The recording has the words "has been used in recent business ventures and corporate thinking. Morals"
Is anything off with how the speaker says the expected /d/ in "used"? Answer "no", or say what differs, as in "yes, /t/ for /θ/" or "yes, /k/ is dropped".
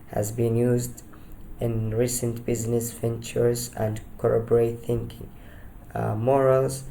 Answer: no